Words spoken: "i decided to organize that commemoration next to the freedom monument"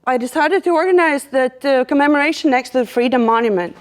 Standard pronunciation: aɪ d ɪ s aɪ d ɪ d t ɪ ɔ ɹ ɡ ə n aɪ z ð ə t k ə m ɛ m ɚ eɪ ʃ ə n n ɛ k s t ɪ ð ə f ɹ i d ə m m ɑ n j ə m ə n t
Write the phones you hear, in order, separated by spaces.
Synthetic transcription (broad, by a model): aɪ d ɪ s aɪ d ɪ d t ɪ ɔ ɹ ɡ ə n aɪ z ð ə t k ə m ɛ m ɚ eɪ ʃ ə n n ɛ k s t ɪ ð ə f ɹ i d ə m m ɑ n j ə m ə n t